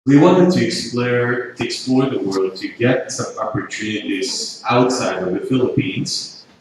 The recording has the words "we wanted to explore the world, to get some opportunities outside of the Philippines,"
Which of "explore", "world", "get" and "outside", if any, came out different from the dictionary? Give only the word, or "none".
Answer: none